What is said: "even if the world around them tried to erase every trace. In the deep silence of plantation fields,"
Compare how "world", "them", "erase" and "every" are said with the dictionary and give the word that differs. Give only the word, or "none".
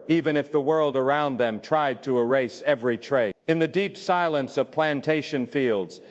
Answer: none